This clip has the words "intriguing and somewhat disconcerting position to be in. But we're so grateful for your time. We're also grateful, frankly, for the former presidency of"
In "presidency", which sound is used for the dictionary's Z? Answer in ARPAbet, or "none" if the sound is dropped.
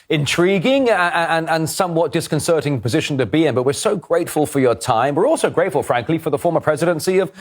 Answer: Z